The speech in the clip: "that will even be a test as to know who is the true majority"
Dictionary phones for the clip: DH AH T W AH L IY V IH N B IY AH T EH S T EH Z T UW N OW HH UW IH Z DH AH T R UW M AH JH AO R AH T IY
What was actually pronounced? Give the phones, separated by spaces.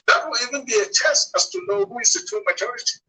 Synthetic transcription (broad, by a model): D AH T W AH L IY V IH N B IY AH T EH S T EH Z T UW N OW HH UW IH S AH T UW M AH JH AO R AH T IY